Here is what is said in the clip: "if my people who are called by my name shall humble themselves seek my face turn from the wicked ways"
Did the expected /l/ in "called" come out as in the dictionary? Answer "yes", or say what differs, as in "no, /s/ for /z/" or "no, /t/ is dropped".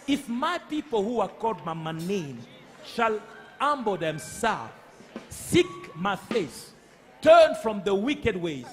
no, /l/ is dropped